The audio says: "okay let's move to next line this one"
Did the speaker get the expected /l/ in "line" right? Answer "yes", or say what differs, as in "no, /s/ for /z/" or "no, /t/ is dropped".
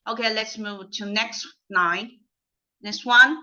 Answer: no, /n/ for /l/